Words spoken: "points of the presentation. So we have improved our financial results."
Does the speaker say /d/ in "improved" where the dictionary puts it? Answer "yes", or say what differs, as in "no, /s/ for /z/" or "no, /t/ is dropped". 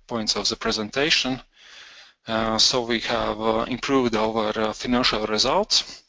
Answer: yes